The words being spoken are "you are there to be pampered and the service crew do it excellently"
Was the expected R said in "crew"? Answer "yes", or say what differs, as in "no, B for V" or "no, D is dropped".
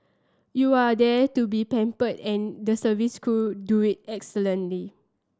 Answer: no, R is dropped